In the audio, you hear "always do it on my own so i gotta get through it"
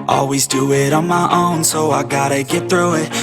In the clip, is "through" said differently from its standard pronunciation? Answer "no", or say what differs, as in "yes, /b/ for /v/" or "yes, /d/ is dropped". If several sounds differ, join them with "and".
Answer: no